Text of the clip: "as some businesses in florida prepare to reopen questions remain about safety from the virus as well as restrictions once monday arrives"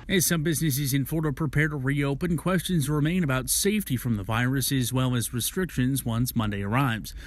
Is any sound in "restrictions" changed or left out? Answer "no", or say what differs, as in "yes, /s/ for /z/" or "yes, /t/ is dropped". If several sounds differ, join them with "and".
no